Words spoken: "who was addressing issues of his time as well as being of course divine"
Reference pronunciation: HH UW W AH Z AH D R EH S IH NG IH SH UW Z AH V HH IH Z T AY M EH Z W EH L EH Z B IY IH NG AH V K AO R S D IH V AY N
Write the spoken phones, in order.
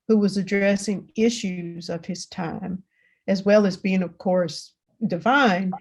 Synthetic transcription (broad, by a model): HH UW W AH Z AH D R EH S IH NG IH SH UW Z AH V IH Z T AY M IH Z W EH L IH Z B IY IH NG AH V K AO R S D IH V AY N